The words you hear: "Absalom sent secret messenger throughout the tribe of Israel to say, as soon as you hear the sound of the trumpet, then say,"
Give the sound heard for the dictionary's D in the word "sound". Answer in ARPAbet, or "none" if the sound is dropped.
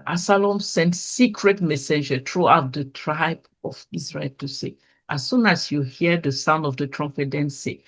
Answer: D